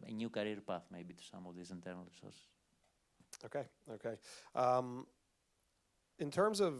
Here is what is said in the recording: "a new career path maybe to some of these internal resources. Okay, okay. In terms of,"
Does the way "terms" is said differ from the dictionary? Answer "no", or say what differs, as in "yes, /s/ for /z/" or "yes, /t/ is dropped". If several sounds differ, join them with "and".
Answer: no